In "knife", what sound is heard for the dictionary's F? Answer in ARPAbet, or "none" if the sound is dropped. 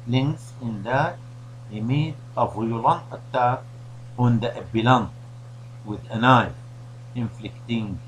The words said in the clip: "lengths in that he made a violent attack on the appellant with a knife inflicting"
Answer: none